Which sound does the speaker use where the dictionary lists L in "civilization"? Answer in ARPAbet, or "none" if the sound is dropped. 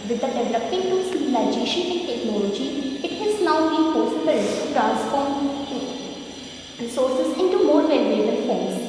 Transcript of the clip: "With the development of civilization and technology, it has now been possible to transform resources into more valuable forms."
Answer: none